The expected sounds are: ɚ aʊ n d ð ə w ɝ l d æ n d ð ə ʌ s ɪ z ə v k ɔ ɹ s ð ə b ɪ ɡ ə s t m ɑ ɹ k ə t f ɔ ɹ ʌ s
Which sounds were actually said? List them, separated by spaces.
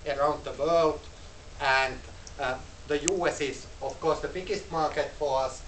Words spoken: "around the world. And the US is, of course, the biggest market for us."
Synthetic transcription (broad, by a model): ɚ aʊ n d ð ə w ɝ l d æ n d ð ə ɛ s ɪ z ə f k ɔ ɹ s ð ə b ɪ ɡ ə s t m ɑ ɹ k ə t f ɔ ɹ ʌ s